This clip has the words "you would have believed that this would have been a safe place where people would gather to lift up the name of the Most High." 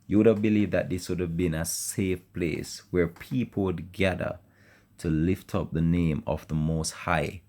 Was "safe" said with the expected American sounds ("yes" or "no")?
yes